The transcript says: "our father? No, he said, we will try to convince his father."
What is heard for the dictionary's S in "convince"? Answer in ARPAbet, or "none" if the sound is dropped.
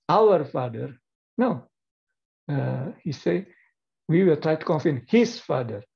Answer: none